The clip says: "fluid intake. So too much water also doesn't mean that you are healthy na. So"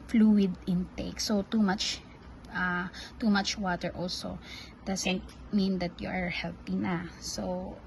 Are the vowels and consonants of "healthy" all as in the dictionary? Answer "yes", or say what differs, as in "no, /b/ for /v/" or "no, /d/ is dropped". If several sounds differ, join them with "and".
no, /t/ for /θ/